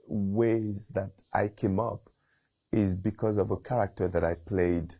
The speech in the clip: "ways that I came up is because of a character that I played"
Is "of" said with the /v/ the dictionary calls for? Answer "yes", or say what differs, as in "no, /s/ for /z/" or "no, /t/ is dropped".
yes